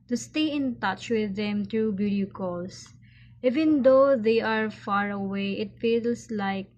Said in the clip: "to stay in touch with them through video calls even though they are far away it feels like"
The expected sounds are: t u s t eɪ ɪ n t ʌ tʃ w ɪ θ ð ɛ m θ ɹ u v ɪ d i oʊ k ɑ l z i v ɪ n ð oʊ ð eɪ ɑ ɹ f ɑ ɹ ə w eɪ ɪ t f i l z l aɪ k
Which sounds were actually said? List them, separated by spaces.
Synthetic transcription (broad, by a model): t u s t eɪ ɪ n t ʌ tʃ w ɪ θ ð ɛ m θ ɹ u b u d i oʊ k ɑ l s i v ɪ n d oʊ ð eɪ ɑ ɹ f ɑ ɹ ə w eɪ ɪ t f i l s l aɪ k